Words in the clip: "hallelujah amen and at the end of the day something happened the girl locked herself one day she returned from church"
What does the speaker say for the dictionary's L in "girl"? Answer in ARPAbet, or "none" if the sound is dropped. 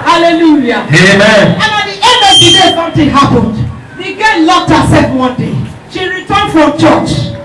N